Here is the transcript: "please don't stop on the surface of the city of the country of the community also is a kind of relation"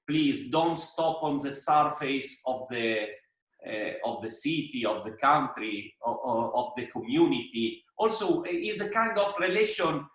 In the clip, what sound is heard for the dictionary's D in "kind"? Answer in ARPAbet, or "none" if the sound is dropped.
D